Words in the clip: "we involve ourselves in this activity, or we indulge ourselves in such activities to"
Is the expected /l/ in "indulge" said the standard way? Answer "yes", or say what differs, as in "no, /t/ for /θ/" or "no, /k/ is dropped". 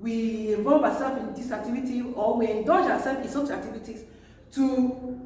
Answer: no, /l/ is dropped